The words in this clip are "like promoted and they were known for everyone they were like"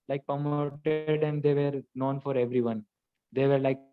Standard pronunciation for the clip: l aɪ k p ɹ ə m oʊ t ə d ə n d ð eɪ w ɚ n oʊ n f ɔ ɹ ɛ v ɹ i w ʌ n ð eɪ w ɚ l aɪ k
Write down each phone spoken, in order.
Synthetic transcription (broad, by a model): l aɪ k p ə m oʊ t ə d ə n d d eɪ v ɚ n oʊ n f ɔ ɹ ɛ v ɹ i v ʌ n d eɪ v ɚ l aɪ k